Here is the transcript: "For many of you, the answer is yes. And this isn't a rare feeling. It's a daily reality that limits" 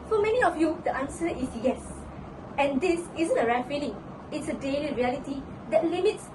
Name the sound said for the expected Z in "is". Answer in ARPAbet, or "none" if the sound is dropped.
S